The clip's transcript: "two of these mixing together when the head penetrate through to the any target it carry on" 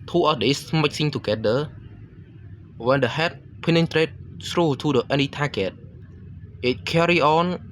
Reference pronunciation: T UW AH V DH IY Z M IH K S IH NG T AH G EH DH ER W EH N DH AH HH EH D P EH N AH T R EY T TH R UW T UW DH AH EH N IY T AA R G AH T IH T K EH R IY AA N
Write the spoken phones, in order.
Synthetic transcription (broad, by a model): T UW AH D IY S M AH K S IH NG T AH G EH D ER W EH N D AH HH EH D P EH N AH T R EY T S R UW T UW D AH EH N IY T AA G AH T IH T K EH R IY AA N